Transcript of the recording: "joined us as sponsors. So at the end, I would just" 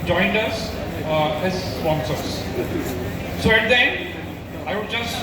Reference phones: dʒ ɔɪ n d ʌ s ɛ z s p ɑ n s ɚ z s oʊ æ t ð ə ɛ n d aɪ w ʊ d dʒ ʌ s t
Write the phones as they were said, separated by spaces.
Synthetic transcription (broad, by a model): dʒ ɔɪ n d ʌ s ɛ z s p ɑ n s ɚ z s oʊ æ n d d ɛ n aɪ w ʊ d dʒ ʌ s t